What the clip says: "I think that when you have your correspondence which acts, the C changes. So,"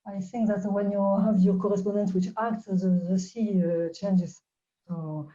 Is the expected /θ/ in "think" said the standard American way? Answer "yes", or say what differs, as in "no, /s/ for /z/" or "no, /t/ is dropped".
yes